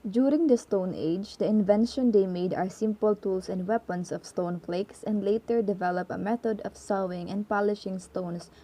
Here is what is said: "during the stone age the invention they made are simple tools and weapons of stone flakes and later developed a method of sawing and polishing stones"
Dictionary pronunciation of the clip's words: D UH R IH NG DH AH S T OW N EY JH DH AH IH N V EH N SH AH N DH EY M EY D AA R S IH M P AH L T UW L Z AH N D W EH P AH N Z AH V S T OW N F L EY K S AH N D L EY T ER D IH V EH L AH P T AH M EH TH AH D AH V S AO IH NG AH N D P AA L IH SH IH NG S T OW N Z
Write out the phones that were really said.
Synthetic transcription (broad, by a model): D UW R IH NG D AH S T OW N EY JH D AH IH N V EH N SH AH N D EY M EY D AA R S IH M P AH L T UW L S AH N D W EH P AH N S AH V S T OW N F L EY K S AH N D L EY T ER D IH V EH L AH P AH M EH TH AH D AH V S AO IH NG AH N D P AA L IH SH IH NG S T OW N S